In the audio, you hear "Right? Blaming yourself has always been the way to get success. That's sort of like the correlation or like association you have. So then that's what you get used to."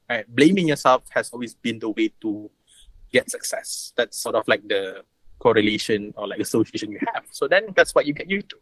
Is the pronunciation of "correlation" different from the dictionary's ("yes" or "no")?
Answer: no